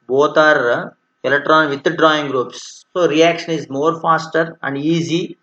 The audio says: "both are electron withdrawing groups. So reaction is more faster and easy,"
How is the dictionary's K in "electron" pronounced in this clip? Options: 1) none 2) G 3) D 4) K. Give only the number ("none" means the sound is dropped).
1